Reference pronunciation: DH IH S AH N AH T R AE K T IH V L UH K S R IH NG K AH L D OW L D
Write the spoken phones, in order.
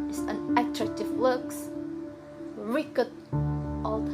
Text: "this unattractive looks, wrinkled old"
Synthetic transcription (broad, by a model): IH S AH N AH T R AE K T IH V L UH K S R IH K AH D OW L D